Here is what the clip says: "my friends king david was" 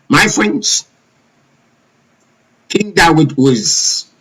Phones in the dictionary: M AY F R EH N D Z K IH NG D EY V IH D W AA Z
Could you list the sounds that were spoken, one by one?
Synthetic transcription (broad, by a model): M AY F R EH N D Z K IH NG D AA W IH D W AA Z